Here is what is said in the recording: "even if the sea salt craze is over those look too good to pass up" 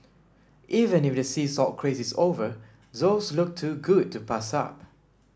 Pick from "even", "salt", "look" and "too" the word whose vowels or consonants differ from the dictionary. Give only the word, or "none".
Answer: salt